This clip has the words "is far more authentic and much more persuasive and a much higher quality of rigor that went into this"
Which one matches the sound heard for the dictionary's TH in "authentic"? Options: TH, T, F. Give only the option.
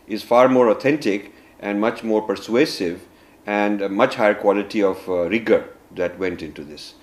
T